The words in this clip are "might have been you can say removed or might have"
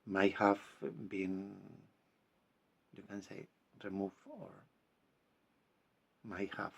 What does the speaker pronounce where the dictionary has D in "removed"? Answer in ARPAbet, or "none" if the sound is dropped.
none